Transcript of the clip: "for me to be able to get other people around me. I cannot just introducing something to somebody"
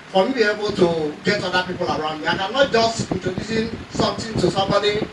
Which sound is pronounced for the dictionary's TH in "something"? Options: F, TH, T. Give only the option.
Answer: T